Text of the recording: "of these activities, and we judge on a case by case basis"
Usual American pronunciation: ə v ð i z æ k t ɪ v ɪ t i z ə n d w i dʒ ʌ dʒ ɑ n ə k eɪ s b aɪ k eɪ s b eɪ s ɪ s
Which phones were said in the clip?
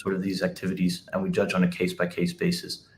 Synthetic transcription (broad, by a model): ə v ð i z æ k t ɪ v ɪ t i z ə n w i dʒ ʌ dʒ n ə k eɪ s b aɪ k eɪ s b eɪ s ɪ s